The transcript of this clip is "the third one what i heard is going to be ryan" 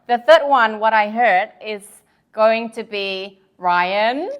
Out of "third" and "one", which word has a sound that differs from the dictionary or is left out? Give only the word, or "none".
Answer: none